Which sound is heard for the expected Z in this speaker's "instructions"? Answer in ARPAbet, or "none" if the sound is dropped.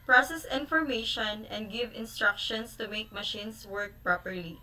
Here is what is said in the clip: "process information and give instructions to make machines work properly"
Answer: S